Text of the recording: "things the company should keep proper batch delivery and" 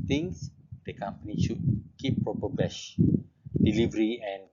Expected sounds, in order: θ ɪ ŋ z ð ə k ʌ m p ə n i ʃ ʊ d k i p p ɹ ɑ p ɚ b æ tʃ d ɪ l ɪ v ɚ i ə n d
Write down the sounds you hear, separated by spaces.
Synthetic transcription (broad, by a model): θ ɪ ŋ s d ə k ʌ m p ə n i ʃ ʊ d k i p p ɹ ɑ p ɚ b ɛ ʃ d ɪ l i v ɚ i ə n